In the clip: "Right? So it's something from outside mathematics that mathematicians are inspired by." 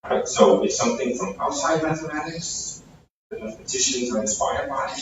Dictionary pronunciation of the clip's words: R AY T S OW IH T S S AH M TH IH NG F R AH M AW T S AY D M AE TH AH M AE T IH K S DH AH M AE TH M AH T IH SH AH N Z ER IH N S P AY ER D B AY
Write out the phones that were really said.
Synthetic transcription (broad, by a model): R AY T S OW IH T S S AH M TH IH NG F R AH M AW T S AY D M AE TH AH M AE T IH K S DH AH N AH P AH T IH SH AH N Z ER IH N S P AY ER D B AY